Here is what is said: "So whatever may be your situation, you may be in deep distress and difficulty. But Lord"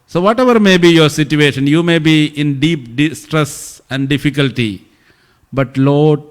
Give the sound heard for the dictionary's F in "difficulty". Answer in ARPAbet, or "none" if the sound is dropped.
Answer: F